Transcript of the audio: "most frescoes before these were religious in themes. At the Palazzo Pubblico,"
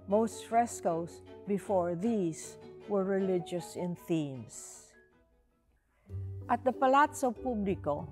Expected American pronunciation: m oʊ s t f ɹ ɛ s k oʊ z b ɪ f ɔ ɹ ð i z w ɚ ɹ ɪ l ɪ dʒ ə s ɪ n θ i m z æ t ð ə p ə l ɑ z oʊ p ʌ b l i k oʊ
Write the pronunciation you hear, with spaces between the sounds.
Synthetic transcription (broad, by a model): m oʊ s t f ɹ ɛ s k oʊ s b ɪ f ɔ ɹ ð i s w ɚ ɹ ɪ l ɪ dʒ ə s ɪ n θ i m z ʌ t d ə p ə l ɑ s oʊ p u b l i k oʊ